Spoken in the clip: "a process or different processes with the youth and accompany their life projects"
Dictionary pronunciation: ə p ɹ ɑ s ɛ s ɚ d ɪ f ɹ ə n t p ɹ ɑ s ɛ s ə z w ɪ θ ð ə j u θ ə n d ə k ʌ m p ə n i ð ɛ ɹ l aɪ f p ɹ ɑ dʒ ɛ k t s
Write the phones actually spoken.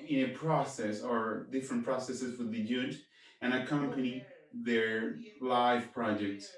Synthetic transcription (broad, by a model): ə p ɹ ɑ s ɛ s ɚ d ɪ f ɹ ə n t p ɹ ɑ s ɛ s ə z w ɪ ð ə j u t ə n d ə k ʌ m p ə n i ð ɛ ɹ l aɪ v p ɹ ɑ dʒ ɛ k t s